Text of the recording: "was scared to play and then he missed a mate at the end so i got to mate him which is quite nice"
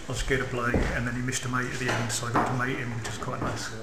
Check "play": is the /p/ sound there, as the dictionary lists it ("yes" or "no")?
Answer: no